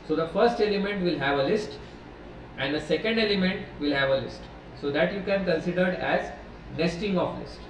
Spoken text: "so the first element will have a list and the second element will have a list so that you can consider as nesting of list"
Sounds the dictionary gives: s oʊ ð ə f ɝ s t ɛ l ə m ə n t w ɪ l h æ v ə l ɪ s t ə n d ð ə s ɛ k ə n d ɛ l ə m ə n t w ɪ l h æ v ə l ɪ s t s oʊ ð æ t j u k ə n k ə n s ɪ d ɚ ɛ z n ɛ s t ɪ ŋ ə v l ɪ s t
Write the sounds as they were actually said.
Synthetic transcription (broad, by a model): s oʊ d ə f ɝ s t ɛ l ə m ə n t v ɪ l h æ v ə l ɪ s t ə n d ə s ɛ k ə n d ɛ l ə m ə n t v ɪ l h æ v ə l ɪ s t s oʊ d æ t j u k ə n k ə n s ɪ d ɚ ɛ z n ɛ s t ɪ ŋ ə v l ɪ s t